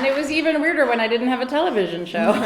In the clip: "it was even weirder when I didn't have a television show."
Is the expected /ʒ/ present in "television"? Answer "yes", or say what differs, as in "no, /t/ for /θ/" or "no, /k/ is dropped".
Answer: yes